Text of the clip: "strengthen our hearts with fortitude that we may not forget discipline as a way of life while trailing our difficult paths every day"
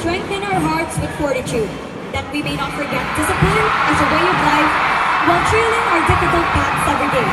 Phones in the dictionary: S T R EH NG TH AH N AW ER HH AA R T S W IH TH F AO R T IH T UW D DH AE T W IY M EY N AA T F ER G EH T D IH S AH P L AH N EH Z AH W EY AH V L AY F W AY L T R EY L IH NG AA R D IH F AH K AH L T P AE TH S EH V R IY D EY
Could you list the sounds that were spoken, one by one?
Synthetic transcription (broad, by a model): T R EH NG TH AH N AW ER HH AA R T S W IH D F AO R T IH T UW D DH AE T W IY M EY N AA T F ER G EH T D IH S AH P AH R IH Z AH W EY AH V L AY F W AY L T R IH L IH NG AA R D IH F AH K AH L T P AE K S EH V R IY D EY